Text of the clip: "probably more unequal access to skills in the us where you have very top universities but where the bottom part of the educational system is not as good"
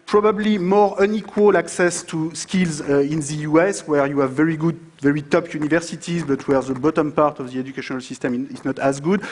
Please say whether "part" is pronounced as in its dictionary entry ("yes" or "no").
yes